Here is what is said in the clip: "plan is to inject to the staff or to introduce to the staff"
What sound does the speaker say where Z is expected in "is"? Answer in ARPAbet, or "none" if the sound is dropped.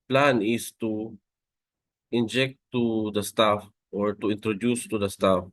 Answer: S